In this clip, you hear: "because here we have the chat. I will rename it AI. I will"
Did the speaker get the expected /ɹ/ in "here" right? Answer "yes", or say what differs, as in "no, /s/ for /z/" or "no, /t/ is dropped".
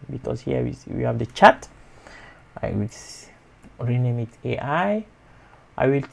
no, /w/ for /ɹ/